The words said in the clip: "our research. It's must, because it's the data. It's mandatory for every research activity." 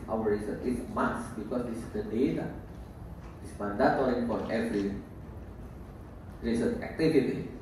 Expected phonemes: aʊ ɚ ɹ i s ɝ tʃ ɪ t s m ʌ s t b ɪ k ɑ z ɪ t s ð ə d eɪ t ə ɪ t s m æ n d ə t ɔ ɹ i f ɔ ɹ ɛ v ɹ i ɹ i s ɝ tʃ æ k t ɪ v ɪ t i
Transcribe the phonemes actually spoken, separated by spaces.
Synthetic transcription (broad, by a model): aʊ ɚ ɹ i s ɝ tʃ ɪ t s m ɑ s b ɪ k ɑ s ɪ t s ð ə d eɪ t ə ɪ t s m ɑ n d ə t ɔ l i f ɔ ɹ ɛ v ɹ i ɹ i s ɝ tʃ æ k t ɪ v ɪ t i